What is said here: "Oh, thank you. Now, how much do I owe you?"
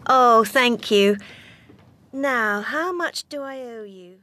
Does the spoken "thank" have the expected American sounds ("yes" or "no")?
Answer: yes